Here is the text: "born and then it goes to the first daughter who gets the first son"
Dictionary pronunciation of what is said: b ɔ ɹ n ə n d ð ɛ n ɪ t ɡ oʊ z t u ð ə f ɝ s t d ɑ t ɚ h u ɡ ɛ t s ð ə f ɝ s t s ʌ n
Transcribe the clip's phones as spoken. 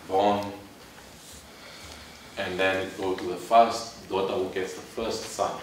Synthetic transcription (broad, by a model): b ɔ n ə n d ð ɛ n ɪ t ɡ oʊ t u ð ə f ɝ s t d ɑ t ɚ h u ɡ ɛ t s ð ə f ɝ s t s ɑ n